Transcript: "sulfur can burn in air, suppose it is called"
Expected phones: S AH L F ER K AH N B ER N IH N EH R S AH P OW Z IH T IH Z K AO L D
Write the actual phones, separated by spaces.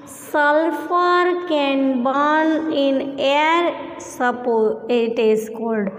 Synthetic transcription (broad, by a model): S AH L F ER K AH N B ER N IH N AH R S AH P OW IH T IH S K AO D D